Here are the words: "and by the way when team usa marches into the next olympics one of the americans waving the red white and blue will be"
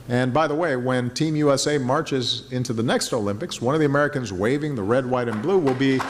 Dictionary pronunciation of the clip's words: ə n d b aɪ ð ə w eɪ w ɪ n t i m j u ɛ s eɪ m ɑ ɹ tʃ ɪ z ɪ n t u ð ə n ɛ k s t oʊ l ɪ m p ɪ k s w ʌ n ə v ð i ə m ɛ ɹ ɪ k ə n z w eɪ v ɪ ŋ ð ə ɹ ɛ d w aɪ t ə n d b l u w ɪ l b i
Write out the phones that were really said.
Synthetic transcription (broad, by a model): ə n b aɪ ð ə w eɪ w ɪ n t i m j u ɛ s eɪ m ɑ ɹ tʃ ɪ z ɪ n t u ð ə n ɛ k s t oʊ l ɪ m p ɪ k s w ʌ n ə v ð i ə m ɛ ɹ ɪ k ə n z w eɪ v ɪ ŋ ð ə ɹ ɛ d w aɪ t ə n b l u w ɪ l b i